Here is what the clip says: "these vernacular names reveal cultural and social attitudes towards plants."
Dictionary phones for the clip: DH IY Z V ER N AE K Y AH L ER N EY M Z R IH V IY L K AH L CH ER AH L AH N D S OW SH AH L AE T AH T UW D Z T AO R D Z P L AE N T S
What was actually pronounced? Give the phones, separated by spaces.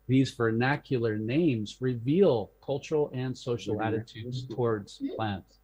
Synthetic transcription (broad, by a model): DH IY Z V ER N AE K Y L ER N EY M Z R IH V IY L K AH L CH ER L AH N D S OW SH L AE T AH T UW D Z T AO R D Z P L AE N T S